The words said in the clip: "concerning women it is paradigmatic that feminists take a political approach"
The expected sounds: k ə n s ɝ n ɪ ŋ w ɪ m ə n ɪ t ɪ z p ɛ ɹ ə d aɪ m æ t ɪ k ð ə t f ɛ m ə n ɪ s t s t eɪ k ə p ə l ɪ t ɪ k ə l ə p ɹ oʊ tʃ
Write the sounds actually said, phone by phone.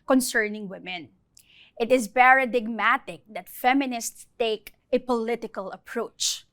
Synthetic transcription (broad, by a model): k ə n s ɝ n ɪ ŋ w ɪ m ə n ɪ t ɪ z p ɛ ɹ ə d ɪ m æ t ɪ k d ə t f ɛ m ə n ɪ s t s t eɪ k ə p ə l ɪ t ɪ k ə l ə p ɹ oʊ tʃ